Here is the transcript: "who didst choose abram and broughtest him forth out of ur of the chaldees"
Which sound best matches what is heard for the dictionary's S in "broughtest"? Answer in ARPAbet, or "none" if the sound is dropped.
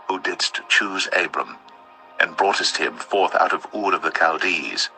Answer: S